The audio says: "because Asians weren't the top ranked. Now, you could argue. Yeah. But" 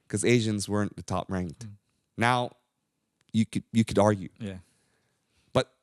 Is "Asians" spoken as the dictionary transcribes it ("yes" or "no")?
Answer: yes